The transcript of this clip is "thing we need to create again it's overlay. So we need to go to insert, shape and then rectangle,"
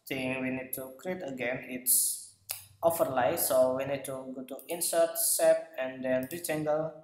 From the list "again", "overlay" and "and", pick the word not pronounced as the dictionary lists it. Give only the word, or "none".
overlay